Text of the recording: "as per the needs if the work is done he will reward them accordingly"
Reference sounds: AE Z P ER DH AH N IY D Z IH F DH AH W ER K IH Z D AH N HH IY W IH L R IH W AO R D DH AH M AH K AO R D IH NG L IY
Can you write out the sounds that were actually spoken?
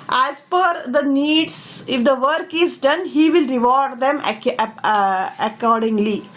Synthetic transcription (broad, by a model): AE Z F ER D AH N IY D S IH F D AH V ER K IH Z D AH N HH IY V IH L R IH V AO R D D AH M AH K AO R D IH NG L IY